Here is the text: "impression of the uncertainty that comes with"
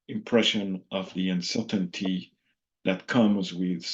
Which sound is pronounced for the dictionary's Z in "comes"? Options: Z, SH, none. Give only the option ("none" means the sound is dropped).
Z